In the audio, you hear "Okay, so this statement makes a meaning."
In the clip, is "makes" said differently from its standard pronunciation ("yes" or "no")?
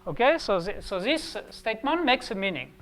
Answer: no